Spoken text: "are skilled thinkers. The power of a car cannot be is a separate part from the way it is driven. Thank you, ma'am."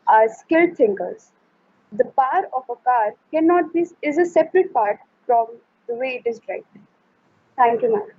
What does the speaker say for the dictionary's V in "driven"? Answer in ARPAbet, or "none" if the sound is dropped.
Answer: none